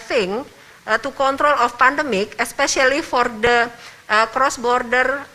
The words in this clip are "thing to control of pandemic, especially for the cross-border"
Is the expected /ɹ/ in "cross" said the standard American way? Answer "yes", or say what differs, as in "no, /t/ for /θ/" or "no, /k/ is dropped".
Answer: yes